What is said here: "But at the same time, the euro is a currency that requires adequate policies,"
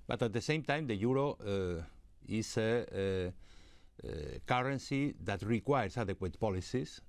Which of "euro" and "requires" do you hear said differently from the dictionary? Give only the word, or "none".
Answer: requires